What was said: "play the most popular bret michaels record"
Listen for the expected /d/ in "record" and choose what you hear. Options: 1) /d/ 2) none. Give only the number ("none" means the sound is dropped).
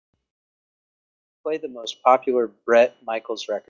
2